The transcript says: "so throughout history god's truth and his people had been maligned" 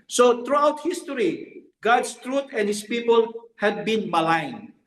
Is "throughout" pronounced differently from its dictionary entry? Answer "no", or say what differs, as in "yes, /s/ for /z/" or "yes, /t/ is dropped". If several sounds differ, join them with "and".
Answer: yes, /t/ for /θ/